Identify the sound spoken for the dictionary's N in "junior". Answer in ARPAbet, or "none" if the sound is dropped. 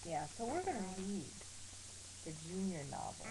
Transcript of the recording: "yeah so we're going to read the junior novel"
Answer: N